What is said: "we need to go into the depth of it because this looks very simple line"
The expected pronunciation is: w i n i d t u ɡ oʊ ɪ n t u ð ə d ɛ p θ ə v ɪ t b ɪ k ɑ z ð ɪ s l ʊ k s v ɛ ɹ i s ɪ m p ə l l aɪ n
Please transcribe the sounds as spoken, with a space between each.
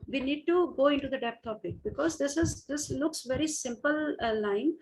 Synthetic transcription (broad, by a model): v i n i d t u ɡ oʊ ɪ n t u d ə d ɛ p t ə p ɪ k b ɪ k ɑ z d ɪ s l ʊ k s v ɛ ɹ i s ɪ m p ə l l aɪ n